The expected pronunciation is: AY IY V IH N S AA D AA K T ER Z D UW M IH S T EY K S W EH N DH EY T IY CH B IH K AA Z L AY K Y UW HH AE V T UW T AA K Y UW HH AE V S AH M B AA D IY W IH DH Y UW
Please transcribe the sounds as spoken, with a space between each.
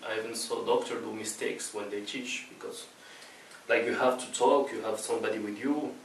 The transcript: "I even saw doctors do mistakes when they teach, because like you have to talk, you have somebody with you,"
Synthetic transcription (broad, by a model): AY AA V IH N S AA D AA K T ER D UW M IH S T EY K S W EH N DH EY T IY CH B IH K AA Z L AY K Y UW HH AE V T UW T AA K Y UW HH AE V S AH M B AA D IY W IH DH Y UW